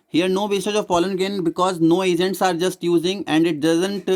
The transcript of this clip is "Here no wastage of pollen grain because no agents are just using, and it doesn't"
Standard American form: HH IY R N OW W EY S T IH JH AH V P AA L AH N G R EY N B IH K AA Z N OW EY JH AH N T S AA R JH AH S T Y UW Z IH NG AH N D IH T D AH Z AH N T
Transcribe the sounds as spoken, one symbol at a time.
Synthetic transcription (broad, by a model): HH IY R N OW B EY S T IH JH AH V F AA L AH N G EY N B IH K AA Z N OW EY JH AH N T S AA R JH AH S T Y UW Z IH NG AH N D IH T D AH Z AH N T